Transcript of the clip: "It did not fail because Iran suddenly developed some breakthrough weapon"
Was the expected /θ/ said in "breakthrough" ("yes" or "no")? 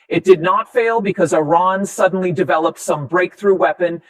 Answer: yes